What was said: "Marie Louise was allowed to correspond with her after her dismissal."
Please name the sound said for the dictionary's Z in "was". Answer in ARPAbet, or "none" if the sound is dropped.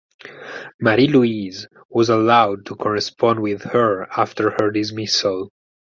Z